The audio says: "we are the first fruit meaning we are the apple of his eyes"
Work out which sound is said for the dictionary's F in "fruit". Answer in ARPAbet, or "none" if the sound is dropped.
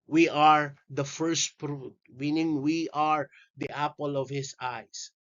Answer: P